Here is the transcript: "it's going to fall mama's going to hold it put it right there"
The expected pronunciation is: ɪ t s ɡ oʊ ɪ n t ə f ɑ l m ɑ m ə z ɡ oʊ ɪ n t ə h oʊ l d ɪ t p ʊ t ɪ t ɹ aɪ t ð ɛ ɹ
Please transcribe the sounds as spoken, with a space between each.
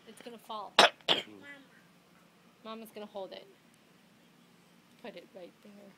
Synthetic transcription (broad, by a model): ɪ t s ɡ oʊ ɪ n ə f ɑ l m ɑ m ə z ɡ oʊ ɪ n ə h oʊ l d ɪ t p ʊ t ɪ t ɹ aɪ t ð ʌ ɹ